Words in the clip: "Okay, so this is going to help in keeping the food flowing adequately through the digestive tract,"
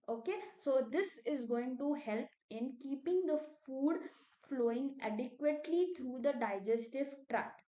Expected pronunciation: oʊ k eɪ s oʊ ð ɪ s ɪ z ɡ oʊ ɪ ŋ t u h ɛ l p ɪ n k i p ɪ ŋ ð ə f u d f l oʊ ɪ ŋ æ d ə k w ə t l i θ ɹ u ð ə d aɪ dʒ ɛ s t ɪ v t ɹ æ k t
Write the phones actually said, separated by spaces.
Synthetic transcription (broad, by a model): oʊ k eɪ s oʊ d ɪ s ɪ z ɡ oʊ ɪ ŋ t u h ɛ l p ɪ n k i p ɪ ŋ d ə f u d f l oʊ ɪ ŋ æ d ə k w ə t l i t ɹ u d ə d aɪ dʒ ɛ s t ɪ v t ɹ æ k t